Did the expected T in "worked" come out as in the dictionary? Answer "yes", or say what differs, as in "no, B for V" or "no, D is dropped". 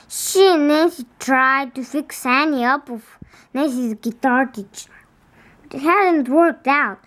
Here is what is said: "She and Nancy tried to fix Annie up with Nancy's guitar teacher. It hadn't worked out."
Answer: yes